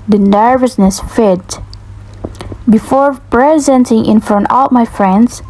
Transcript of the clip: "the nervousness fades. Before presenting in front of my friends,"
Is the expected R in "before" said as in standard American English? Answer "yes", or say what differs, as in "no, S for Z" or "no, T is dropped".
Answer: yes